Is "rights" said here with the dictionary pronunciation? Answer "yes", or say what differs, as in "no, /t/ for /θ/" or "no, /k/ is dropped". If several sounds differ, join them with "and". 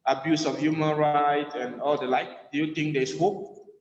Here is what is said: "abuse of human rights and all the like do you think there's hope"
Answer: no, /s/ is dropped